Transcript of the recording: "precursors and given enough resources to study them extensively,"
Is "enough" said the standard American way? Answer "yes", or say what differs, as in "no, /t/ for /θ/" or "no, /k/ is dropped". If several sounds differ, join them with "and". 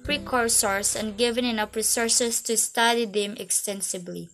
no, /p/ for /f/